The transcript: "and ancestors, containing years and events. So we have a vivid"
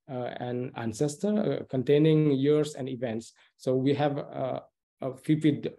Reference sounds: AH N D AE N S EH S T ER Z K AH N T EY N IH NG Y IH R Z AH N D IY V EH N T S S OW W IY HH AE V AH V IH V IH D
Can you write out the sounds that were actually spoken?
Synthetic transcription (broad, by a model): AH N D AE N S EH S T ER K AH N T EY N IH NG Y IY R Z AH N D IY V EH N T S S OW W IY HH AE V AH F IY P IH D